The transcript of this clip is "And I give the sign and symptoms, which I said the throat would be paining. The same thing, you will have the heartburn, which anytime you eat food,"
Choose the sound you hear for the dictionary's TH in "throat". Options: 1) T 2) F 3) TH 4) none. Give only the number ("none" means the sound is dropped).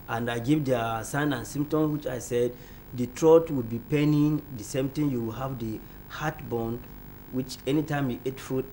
1